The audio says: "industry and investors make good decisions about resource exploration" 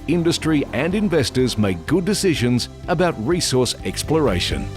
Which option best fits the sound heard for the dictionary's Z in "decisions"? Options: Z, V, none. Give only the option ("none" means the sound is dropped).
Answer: Z